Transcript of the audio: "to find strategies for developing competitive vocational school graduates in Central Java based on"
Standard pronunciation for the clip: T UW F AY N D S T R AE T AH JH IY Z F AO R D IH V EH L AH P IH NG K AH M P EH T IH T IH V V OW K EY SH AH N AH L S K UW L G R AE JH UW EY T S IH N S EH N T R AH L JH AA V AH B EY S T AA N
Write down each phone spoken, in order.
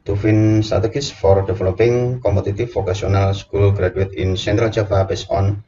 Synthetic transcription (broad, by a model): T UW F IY N S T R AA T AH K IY S F AO R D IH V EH L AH P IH NG K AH M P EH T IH T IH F OW K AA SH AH N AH L S K UW L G R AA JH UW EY T IH N S EH N T R AH L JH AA F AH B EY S AA N